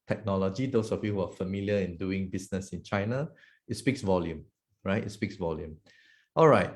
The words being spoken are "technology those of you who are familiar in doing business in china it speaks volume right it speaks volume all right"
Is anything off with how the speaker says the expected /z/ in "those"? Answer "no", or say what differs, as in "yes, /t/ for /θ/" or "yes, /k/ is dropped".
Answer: yes, /s/ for /z/